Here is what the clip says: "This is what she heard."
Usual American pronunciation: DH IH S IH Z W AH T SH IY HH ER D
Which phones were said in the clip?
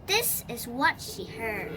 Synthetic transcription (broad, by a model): DH IH S IH Z W AH T SH IY HH ER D